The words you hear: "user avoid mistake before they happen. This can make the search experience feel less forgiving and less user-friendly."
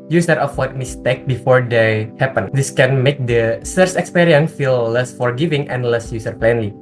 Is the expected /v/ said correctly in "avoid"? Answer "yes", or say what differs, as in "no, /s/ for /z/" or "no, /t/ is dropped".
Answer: no, /w/ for /v/